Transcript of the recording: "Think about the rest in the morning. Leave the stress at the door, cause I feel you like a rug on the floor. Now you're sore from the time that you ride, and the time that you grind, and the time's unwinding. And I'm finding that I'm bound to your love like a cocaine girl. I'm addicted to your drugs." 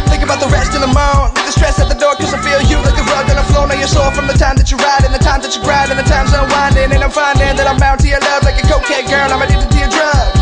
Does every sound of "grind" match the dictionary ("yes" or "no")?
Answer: no